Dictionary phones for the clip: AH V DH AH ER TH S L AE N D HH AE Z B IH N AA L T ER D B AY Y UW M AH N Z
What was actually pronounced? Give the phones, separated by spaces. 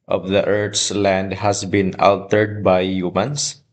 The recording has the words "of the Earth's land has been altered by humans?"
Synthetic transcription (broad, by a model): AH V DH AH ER T S L AE N D HH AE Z B IH N AA L T ER D B AY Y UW M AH N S